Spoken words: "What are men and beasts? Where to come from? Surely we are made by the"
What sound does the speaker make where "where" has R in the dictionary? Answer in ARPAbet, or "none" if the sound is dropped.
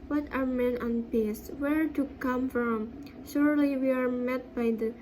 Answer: R